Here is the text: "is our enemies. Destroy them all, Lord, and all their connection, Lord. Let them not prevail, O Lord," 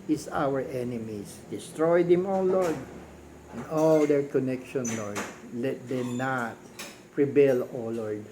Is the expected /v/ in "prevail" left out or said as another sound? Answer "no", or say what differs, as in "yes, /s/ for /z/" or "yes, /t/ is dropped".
yes, /b/ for /v/